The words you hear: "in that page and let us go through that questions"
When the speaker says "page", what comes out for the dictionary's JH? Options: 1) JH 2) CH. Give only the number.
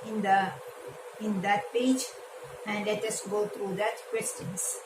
1